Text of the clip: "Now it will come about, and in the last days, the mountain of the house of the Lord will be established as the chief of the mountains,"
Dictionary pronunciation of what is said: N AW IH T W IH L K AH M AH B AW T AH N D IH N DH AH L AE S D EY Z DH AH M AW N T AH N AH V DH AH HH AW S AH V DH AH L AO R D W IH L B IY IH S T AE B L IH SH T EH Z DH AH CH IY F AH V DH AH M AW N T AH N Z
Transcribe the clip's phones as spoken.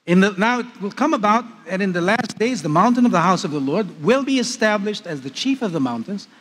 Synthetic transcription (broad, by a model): N AW IH T W IH L K AH M AH B AW T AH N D IH N DH AH L AE S D EY Z DH AH M AW N T AH N AH V DH AH HH AW S AH V DH AH L AO R D W IH L B IY IH S T AE B L IH SH T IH Z DH AH CH IY F AH V DH AH M AW N T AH N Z